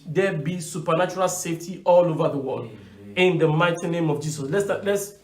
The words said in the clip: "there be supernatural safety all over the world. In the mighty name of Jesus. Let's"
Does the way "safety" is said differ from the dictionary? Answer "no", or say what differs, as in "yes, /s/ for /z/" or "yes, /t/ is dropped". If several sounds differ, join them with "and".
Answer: no